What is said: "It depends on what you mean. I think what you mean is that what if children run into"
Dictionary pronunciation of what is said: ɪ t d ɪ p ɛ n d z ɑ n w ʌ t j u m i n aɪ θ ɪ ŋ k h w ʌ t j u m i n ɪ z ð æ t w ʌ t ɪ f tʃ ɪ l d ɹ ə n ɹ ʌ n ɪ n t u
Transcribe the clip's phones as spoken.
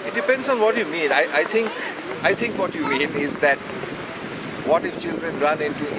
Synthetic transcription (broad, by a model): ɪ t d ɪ p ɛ n d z ɑ n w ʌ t j u m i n aɪ t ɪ ŋ k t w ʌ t j u m i n ɪ z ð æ t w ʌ t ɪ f tʃ ɪ l d ɹ ə n ɹ ʌ n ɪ n t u